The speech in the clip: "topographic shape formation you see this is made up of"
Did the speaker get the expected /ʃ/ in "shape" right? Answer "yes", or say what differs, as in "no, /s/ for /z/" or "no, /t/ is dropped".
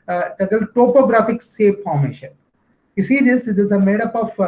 no, /s/ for /ʃ/